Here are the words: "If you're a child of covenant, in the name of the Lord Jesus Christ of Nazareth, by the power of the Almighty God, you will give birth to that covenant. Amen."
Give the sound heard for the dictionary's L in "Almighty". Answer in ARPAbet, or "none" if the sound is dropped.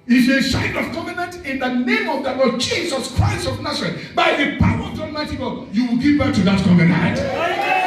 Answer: none